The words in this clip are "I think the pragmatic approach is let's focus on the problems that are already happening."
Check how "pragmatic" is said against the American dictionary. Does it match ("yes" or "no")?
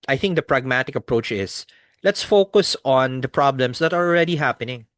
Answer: yes